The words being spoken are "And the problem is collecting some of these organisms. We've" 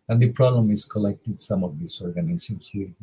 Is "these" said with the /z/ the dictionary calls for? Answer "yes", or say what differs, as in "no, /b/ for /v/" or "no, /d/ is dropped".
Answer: no, /s/ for /z/